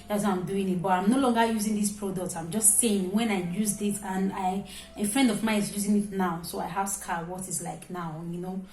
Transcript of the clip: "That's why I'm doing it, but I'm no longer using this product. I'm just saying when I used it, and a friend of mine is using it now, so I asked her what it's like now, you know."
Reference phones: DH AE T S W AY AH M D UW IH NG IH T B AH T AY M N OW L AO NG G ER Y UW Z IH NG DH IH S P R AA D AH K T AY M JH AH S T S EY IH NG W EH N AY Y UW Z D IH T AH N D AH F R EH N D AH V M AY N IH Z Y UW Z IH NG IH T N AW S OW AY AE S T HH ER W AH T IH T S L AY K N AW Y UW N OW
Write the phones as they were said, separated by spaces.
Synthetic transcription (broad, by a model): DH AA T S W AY AH M D UW IH NG IH T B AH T AY M N OW L AO NG G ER Y UW Z IH NG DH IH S P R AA D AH K T AY M JH AH S T S EY IH NG W EH N AY Y UW Z D IH T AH N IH AH F R EH N D AH V M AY IH Z Y UW Z IH NG IH T N AW S OW AY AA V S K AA W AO T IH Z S L AY K N AW Y UW N OW